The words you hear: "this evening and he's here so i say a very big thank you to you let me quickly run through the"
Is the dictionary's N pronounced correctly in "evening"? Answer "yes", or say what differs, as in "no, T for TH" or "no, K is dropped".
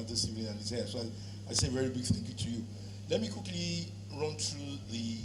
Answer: no, N is dropped